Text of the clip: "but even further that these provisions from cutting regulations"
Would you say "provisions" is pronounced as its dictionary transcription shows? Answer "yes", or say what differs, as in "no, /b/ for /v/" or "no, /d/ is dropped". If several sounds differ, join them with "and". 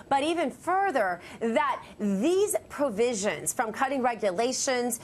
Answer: yes